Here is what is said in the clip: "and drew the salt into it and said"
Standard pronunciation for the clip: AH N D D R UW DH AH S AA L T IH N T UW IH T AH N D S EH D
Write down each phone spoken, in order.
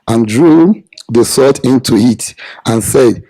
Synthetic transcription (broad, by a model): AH N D D R UW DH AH S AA T IH N T UW IH T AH N S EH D